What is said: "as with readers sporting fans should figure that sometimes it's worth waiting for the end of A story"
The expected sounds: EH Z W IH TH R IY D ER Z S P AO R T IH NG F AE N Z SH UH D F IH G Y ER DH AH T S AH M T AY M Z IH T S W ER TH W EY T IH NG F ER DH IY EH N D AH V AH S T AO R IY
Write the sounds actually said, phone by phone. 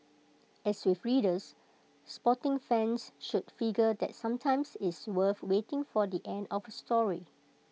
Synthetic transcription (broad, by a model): EH S W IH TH R IY D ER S P AO T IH NG F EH N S SH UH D F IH G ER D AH T S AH M T AY M S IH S W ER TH W EY T IH NG F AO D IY EH N D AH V AH S T AO R IY